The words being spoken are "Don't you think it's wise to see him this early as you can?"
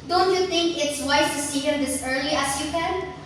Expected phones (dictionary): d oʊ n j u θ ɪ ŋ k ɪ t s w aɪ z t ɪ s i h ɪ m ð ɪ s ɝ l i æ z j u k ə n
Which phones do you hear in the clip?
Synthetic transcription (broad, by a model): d oʊ n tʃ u θ ɪ ŋ k ɪ t s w aɪ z t ɪ s i h ɪ m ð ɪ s ɝ l i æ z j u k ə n